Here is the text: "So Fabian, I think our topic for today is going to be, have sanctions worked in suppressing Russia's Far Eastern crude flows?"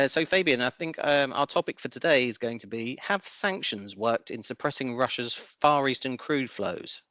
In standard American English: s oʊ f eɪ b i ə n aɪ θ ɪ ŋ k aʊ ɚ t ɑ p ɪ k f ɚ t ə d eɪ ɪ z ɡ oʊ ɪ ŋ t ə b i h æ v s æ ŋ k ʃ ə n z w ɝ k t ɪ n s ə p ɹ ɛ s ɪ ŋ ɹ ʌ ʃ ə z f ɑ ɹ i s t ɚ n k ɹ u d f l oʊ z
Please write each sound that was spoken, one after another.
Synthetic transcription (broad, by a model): s oʊ f eɪ b i ə n aɪ θ ɪ ŋ k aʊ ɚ t ɑ p ɪ k f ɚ t ə d eɪ ɪ z ɡ oʊ ɪ ŋ t ə b i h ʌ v s æ ŋ k ʃ ə n z w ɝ k t ɪ n s ə p ɹ ɛ s ɪ ŋ ɹ ʌ ʃ ə z f ɑ ɹ i s t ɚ n k ɹ u d f l oʊ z